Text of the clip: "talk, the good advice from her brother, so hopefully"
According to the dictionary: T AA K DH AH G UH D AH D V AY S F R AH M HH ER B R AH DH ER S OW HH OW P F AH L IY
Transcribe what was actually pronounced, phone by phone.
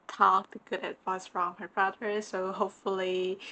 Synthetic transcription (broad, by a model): T AA K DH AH G UH D AH D V AY S F R AH M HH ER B R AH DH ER S OW HH OW P F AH L IY